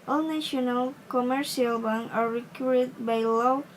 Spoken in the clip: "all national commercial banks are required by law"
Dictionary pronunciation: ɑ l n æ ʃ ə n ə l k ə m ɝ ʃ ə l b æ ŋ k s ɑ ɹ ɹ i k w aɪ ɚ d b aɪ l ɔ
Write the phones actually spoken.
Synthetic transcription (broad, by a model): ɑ l n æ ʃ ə n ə l k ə m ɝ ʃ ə l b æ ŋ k ɑ ɹ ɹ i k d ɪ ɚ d b aɪ l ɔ